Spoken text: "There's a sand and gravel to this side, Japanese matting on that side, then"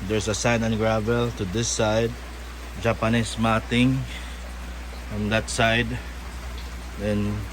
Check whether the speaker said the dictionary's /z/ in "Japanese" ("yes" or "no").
no